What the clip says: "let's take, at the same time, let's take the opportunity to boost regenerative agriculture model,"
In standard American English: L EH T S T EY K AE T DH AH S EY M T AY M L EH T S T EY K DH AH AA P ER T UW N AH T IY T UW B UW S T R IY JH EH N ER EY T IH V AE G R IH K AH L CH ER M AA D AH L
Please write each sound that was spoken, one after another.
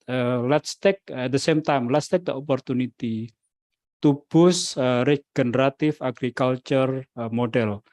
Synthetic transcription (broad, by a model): L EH T S T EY K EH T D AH S EY M T AY M L EH T S T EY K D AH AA P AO T UW N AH T IY T UW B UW S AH R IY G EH N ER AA T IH F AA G R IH K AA L CH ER M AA D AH L